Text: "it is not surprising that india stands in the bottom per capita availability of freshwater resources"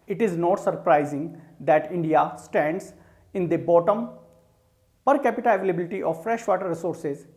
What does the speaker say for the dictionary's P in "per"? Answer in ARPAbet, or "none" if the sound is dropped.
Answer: P